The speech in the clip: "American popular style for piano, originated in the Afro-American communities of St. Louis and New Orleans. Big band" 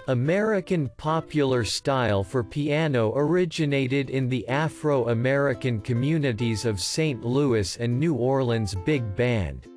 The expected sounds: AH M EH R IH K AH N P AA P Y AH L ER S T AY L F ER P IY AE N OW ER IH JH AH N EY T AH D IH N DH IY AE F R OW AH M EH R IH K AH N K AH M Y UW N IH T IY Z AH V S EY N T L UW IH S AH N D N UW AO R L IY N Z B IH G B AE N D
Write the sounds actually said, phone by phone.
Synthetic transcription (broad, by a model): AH M EH R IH K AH N P AA P Y L ER S T AY L F ER P IY AE N OW ER IH JH AH N EY T AH D IH N DH IY AE F R OW AH M EH R IH K AH N K AH M Y UW N IH T IY Z AH V S EY N T L UW IH S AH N N UW AO R L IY N Z B IH G B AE N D